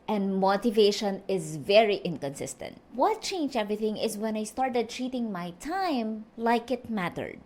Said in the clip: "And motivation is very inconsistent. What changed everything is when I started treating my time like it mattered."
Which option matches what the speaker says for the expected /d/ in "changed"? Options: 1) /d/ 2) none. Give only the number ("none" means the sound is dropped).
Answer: 2